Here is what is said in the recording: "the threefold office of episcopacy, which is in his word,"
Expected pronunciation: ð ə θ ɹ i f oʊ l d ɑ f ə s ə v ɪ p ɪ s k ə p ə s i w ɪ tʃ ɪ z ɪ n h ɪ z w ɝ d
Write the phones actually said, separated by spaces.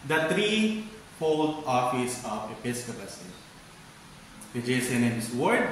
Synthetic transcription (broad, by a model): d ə t ɹ i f oʊ l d ɑ f ə s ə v ɪ p ɪ s k ə p ə s i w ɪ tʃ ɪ s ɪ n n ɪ s w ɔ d